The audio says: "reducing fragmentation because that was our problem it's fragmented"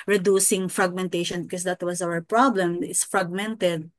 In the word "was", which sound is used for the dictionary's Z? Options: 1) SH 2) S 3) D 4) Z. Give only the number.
2